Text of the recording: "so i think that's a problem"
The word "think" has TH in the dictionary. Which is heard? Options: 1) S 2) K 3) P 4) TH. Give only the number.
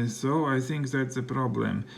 4